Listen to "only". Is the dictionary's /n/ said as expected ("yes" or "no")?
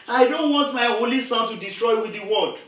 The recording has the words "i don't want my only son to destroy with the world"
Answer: no